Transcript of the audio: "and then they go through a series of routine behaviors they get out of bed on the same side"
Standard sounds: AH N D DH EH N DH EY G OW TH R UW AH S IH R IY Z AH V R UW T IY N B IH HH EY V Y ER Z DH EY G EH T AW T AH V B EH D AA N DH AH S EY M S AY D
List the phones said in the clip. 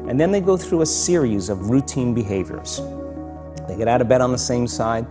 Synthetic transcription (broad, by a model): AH N DH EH N DH EY G OW TH R UW AH S IH R IY Z AH V R UW T IY N B IH HH EY V Y ER Z DH EY G EH T AW T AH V B EH D N DH AH S EY M S AY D